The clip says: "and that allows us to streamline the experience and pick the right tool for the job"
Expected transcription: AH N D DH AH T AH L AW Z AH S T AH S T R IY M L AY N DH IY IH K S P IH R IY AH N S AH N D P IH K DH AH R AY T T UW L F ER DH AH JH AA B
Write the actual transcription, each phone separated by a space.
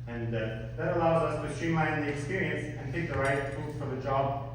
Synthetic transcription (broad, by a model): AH N DH AH T AH L AW Z AH S T AH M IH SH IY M L AY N DH IY IH K S P IH R IY AH N S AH N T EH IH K DH AH R AY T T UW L F ER DH AH JH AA B